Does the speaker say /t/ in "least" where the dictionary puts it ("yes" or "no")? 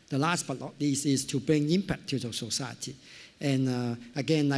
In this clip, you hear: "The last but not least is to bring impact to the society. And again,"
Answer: no